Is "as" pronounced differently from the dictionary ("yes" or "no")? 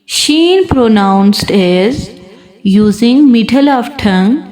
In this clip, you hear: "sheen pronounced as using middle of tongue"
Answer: no